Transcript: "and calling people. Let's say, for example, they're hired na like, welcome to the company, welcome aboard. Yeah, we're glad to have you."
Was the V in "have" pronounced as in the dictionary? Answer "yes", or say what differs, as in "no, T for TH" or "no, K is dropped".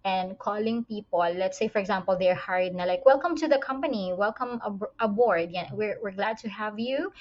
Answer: yes